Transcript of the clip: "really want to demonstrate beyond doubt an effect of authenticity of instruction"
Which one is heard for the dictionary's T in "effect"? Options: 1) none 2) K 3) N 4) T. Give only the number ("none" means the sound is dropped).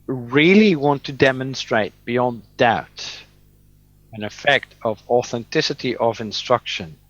4